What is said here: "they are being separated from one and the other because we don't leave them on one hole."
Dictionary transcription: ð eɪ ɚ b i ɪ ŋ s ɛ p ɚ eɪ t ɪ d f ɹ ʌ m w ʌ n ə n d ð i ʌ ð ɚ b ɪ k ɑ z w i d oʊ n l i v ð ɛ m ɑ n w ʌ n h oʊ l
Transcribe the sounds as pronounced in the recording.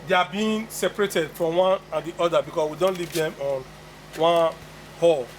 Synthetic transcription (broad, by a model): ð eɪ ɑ b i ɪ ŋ s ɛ p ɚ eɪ t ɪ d f ɹ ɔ m w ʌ n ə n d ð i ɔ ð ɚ b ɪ k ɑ s w i d oʊ n l i v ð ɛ m ɑ n w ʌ n h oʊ l